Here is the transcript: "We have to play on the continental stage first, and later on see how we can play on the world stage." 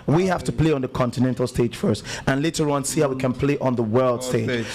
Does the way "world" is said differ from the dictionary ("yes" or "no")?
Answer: no